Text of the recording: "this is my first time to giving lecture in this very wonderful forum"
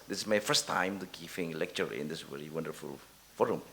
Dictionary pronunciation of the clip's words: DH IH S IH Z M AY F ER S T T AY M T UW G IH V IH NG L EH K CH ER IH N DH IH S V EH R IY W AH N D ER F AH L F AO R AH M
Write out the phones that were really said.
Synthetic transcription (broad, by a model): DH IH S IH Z M AY F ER S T T AY M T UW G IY F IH NG L EH K CH ER IH N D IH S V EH R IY W AH N D ER F AH L F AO R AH M